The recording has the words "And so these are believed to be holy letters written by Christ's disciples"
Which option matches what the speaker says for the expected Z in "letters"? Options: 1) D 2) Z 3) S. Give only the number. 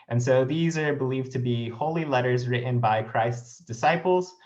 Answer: 2